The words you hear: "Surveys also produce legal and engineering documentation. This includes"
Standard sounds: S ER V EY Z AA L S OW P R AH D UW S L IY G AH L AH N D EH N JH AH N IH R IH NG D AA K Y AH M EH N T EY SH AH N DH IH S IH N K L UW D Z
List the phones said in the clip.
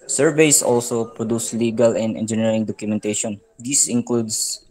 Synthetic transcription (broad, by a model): S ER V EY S AA L S OW P R AH D UW S L IY G AH L AH N D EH N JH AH N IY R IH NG D AA K Y AH M EH N T EY SH AH N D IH S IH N K L UW D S